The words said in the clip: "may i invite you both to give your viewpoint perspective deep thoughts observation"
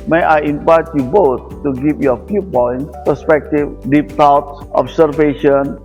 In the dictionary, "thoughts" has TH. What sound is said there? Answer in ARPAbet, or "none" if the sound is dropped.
T